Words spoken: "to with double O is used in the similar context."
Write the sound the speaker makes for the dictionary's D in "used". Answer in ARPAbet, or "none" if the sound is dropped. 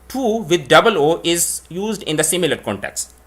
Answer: D